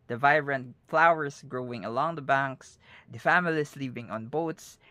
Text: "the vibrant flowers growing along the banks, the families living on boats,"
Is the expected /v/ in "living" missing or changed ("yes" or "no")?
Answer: yes